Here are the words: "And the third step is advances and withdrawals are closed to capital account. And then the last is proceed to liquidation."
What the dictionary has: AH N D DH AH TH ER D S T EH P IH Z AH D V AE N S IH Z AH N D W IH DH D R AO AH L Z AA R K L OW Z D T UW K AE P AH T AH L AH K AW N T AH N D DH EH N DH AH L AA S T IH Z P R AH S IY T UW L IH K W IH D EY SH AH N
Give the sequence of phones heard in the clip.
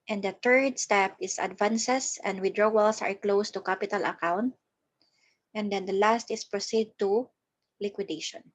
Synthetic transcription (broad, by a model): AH N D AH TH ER D S T EH P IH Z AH D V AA N S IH S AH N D W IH D R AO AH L S AA R K L OW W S T UW K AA P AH T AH L AH K AW N T AH N D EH N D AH L AA S T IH S P R AH S IY T UW L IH K W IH D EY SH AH N